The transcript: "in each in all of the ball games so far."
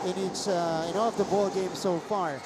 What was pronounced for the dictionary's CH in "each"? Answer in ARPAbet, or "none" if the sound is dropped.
S